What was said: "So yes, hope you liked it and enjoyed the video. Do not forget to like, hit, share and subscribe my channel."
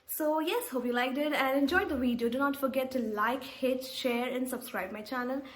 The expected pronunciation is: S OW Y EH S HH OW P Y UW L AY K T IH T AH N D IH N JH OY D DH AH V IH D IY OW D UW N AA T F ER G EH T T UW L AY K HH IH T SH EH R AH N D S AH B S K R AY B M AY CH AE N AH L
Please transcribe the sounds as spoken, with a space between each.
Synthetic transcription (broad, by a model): S OW Y EH S HH OW P Y UW L AY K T IH T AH N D IH N JH OY D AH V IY D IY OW D UW N AA T F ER G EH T T UW L AY K HH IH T SH EH R AH N D S AH B S K R AY B M AY CH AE N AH L